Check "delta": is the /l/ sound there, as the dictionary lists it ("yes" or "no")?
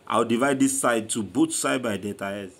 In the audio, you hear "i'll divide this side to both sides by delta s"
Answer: no